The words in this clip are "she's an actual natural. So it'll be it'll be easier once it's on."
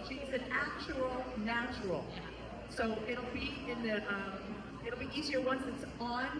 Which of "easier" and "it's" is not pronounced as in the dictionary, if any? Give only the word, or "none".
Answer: none